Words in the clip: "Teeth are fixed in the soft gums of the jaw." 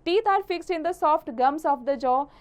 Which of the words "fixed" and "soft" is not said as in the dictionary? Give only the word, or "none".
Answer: fixed